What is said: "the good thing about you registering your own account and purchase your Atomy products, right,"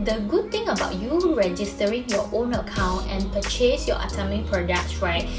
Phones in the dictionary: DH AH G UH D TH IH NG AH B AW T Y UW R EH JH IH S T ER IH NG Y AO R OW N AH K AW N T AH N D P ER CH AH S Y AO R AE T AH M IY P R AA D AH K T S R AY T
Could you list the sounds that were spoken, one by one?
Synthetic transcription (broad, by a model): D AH G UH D T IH NG AH B AW T Y UW R EH JH IH S T ER IH NG Y AO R OW N AH K AW N T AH N P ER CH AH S Y AO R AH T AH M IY P R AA D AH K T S R AY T